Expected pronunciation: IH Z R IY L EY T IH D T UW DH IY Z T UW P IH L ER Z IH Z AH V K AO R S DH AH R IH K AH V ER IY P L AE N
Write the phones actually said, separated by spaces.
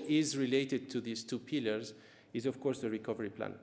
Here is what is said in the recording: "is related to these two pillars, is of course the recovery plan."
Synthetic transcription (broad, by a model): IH Z R IY L EY T IH D T UW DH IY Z T UW P IH L ER Z IH Z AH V K AO R S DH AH R IH K AH V ER IY P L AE N